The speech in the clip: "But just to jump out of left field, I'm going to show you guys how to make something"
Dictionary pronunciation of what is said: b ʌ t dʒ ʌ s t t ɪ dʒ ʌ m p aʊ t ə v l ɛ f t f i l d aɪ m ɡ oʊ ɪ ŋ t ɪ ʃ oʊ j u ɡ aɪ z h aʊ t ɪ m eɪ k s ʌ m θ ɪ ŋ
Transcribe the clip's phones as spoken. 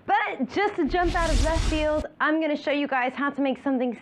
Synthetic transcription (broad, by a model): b ʌ t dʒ ʌ s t t ɪ dʒ ʌ m p aʊ t ə v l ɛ t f i l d aɪ m ɡ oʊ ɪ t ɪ ʃ oʊ j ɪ ɡ aɪ z h aʊ t ɪ m eɪ k s ʌ m θ ɪ ŋ